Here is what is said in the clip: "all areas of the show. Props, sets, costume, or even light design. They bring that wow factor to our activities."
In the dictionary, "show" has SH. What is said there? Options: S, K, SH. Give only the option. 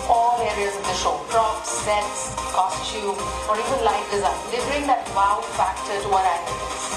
SH